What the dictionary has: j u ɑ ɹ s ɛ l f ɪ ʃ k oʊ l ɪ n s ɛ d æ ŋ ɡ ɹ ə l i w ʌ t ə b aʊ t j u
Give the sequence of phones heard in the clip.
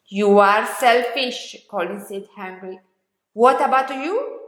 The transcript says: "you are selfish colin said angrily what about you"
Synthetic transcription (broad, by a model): j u ɑ ɹ s ɛ l f ɪ ʃ k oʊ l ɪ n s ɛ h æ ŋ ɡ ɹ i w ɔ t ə b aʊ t j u